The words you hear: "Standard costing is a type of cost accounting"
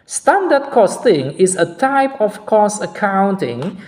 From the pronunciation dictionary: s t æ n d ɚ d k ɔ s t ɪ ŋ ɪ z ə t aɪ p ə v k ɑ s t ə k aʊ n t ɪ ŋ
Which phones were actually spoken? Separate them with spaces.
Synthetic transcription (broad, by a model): s t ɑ n d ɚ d k ɔ s t ɪ ŋ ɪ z ə t aɪ p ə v k ɑ s ə k aʊ n t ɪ ŋ